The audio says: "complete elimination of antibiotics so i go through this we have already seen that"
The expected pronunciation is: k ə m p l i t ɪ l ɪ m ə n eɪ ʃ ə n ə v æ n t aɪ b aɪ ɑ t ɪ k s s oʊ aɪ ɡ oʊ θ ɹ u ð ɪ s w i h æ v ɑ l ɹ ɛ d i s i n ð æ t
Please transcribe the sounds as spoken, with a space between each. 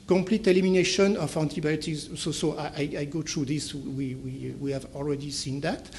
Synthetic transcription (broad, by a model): k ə m p l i t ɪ l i m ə n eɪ ʃ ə n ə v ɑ n t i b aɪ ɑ t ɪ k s s oʊ aɪ ɡ oʊ t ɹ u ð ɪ s w i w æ v ɑ l ɹ ɛ d i s i n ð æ t